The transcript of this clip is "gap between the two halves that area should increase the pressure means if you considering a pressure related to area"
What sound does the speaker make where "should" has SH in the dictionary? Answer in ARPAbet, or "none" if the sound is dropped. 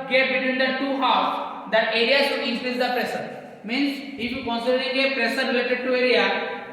S